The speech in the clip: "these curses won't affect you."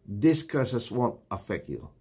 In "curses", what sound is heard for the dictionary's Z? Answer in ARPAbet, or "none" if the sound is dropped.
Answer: S